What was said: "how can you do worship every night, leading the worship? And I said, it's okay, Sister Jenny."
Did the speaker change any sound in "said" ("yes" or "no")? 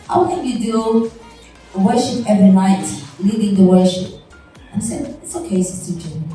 yes